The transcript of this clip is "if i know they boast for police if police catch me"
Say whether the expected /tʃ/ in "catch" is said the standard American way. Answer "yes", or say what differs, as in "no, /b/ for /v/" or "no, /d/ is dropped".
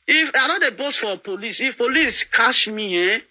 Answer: no, /ʃ/ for /tʃ/